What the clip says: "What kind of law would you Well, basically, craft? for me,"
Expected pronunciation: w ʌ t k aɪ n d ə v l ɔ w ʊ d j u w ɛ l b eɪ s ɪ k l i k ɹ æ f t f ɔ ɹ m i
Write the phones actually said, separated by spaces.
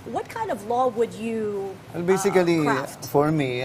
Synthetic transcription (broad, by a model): w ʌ t k aɪ n d ə v l ɔ w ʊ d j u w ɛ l b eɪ s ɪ k i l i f f ɔ ɹ m i